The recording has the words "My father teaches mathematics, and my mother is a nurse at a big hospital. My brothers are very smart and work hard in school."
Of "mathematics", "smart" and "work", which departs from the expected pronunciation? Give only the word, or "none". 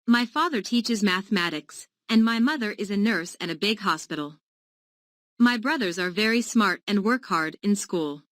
none